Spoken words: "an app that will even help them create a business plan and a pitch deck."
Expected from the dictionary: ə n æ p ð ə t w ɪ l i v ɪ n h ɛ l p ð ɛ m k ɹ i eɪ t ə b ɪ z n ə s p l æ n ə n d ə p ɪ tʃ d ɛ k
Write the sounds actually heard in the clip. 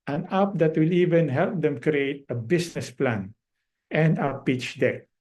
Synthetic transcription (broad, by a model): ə n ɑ p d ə t w ɪ l i v ɪ n h ɛ l p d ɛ m k ɹ i eɪ t ə b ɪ s n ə s p l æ n ə n d ə p ɪ tʃ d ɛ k